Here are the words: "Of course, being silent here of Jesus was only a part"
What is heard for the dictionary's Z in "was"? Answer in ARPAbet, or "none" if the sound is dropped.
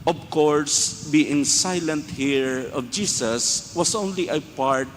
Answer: S